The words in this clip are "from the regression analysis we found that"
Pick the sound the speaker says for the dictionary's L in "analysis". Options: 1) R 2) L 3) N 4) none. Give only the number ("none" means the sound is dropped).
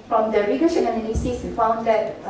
3